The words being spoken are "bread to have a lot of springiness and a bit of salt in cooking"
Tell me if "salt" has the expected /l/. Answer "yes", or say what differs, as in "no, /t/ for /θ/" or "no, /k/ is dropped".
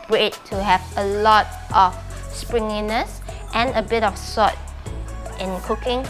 no, /l/ is dropped